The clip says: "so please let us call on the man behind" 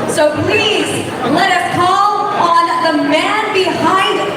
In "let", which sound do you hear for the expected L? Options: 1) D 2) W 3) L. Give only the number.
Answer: 3